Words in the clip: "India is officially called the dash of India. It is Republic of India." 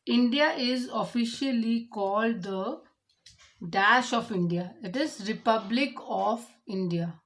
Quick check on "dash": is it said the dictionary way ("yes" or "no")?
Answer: yes